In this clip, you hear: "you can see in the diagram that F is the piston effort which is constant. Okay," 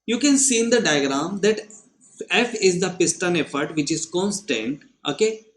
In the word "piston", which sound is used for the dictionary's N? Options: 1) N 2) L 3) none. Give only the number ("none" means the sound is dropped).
1